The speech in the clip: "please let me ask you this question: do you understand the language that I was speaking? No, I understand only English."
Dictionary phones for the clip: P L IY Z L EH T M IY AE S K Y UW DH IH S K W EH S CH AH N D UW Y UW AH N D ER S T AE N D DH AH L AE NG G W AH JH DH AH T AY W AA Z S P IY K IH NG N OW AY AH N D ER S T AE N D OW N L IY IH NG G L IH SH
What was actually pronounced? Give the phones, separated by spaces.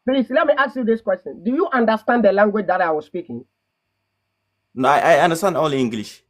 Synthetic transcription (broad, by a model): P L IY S L EH T M IY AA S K Y UW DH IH S K W EH S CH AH N D UW Y UW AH N D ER S T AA N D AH L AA NG G W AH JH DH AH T AY W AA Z S P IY K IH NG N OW AY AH N D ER S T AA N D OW L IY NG G L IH SH